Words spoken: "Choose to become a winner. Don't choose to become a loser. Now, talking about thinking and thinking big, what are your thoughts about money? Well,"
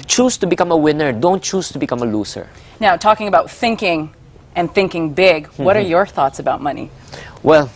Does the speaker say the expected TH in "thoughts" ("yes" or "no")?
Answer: yes